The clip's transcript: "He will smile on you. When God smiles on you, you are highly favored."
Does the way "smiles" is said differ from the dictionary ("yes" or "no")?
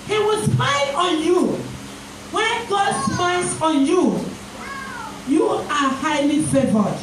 yes